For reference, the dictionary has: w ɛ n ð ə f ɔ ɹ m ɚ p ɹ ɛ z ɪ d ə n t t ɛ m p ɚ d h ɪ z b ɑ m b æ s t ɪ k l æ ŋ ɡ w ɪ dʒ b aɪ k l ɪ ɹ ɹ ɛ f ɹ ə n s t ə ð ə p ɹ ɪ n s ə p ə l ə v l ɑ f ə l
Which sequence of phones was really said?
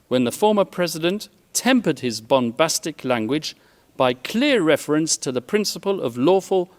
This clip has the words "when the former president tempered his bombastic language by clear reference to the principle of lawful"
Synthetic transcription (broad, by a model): w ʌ n ð ə f ɔ ɹ m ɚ p ɹ ɛ z ɪ d ə n t t ɛ m p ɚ d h ɪ z b ɑ m b æ s t ɪ k l æ ŋ ɡ w ɪ dʒ b aɪ k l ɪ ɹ ɹ ɛ f ɹ ə n s t ə ð ə p ɹ ɪ n s ə p ə l ə v l ɑ f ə l